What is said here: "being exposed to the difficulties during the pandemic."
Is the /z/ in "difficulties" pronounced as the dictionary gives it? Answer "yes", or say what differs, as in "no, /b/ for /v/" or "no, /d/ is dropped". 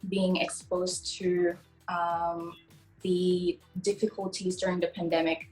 yes